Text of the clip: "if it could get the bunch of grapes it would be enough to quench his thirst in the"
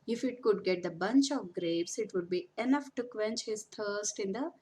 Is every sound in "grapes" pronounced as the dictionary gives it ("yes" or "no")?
no